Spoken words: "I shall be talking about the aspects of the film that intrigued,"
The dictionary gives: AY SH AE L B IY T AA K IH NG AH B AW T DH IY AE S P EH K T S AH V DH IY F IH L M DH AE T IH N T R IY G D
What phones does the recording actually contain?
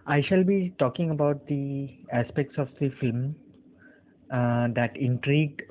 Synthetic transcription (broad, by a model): AY SH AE L B IY T AA K IH NG AH B AW T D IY AE S P EH K T S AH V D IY F IH L M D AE T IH N T R IY G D